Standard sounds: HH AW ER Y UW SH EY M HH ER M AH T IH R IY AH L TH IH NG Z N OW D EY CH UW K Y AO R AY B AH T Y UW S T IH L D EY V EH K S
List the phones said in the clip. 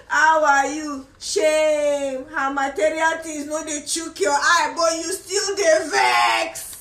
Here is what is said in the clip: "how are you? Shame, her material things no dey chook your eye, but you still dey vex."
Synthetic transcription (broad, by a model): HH AW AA Y UW SH EY M HH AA M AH T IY R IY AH L T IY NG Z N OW D EY CH UW K Y AO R AY B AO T Y UW S T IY L D EY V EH K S